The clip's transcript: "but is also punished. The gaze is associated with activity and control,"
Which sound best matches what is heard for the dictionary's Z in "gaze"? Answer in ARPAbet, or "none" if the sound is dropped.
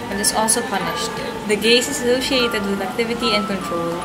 S